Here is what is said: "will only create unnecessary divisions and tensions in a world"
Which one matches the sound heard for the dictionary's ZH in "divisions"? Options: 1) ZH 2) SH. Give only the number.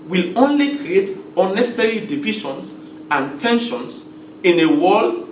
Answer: 2